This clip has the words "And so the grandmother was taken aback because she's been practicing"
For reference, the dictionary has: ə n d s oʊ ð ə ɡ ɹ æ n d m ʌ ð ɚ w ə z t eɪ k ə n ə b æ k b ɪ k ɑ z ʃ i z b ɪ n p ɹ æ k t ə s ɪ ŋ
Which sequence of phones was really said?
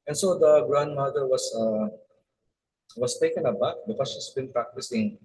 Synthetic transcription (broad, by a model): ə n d s oʊ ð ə ɡ ɹ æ n d m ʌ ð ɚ w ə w t eɪ k ə n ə b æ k b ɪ k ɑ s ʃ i s b ɪ n p ɹ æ k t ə s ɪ ŋ